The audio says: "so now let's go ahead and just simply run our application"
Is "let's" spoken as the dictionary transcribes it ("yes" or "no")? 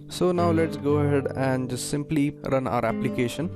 yes